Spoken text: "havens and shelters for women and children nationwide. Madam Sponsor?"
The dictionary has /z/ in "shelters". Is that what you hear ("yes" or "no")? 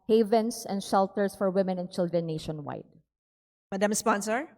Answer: no